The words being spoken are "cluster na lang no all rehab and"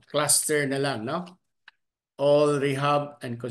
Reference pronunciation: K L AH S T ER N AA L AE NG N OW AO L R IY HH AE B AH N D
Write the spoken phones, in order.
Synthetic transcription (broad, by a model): K L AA S T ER N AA L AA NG N OW AO L R IY HH AE B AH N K